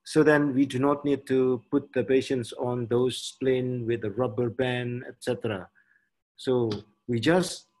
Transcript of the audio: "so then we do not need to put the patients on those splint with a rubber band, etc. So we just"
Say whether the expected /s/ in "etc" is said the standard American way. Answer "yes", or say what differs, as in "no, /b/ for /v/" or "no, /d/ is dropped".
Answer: yes